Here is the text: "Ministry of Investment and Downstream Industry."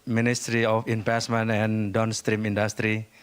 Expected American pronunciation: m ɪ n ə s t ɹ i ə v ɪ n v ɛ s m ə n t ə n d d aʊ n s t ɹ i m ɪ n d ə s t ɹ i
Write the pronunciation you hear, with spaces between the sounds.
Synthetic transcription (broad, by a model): m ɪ n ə s t ɹ i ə f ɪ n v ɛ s m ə n ə n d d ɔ n s t ɹ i m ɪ n d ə s t ɹ i